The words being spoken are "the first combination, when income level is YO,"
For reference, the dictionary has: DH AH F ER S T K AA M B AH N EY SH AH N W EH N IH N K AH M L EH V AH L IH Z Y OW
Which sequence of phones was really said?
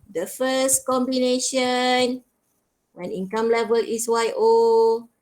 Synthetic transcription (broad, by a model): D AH F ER S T K AA M B AH N EY SH AH N W EH N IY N K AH M L EH V AH L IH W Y OW